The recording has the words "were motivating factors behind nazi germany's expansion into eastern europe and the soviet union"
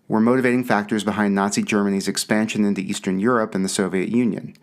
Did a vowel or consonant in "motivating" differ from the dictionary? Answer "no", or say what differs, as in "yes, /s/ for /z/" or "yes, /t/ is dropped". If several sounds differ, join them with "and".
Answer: no